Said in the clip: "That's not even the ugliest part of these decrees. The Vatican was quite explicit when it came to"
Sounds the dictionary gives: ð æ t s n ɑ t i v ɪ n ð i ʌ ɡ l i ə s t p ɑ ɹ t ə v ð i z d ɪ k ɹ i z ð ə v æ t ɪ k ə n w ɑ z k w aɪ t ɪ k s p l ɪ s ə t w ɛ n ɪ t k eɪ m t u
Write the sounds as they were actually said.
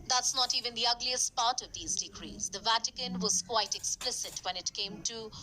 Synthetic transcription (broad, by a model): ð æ t s n ɑ t i v ɪ n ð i ʌ ɡ l i ə s t p ɑ ɹ t ə v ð i z d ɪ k ɹ i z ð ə v æ t ɪ k ə n w ɑ z k w aɪ t ɪ k s p l ɪ s ə t w ɛ n ɪ t k eɪ m t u